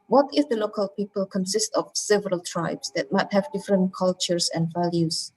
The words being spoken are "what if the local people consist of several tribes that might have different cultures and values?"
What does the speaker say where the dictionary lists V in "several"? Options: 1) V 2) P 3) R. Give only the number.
1